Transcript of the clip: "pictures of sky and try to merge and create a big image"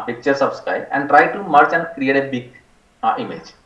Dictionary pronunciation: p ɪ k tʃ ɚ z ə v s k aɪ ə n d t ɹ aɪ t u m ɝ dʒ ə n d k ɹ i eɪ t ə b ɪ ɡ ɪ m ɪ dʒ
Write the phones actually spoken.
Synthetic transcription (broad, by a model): p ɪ k tʃ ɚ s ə b s k aɪ ə n d t ɹ aɪ t u m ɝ tʃ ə n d k ɹ i eɪ t ə b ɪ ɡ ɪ m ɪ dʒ